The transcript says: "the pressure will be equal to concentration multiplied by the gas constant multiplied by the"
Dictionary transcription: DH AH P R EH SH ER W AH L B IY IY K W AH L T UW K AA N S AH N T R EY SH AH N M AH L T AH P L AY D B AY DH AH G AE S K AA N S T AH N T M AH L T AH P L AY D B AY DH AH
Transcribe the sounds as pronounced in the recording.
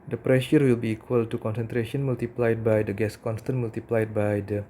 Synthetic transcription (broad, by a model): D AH P R EH SH ER W AH L B IY IY K W AH L T UW K AA N S AH N T R EY SH AH N M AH L T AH P L AY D B AY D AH G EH S K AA N S T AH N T M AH L T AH P L AY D B AY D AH